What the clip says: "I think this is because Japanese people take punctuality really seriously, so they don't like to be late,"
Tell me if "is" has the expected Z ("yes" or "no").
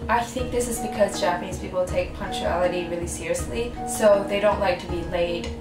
yes